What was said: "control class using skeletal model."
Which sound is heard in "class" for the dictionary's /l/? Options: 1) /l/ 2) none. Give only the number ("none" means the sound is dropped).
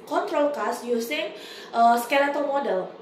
2